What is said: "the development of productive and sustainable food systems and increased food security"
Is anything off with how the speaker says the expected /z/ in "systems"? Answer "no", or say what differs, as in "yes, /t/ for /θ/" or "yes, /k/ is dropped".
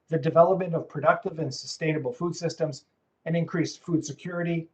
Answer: no